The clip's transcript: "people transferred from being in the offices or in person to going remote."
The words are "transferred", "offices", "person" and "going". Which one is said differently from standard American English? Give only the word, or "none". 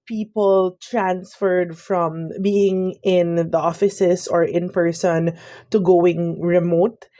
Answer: offices